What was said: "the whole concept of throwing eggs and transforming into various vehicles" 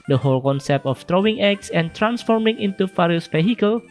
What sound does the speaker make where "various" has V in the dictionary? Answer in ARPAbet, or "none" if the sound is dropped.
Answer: F